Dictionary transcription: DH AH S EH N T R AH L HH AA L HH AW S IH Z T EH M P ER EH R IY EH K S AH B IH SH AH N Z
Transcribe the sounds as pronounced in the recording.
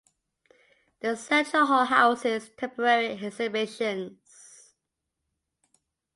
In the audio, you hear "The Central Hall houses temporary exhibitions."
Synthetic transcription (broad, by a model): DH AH S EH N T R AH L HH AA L HH AW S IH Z T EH M P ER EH R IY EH S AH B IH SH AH N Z